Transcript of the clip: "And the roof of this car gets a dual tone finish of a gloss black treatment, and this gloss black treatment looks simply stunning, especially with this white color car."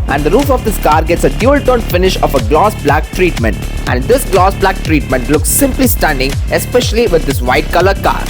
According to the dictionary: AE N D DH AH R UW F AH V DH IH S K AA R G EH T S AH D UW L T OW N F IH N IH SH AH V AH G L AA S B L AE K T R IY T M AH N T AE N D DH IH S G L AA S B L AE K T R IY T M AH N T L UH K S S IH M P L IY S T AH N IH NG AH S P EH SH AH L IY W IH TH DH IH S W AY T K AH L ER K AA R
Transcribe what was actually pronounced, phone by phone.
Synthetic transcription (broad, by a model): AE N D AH R UW F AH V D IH S K AA R G EH T S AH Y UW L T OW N F IH N IH SH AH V AH G L AA S B L AE K T R IY T M AH N T AE N D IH S G L AA S B L AE K T R IY T M AH N T L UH K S S IH M P L IY S T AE N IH NG AH S P EH SH AH L IY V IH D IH S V AY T K AH L ER K AA R